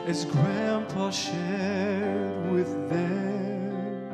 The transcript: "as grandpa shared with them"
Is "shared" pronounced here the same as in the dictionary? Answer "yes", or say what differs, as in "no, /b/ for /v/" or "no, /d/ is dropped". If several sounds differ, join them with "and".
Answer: yes